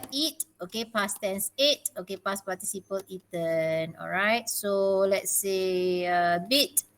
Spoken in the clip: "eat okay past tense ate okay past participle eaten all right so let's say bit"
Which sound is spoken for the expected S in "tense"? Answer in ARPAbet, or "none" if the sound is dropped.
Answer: S